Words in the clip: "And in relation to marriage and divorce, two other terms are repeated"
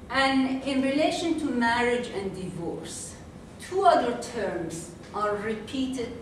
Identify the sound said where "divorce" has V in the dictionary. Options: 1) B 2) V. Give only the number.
2